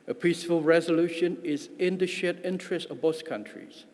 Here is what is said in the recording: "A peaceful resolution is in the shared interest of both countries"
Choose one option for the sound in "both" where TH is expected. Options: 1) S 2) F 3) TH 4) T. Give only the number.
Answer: 1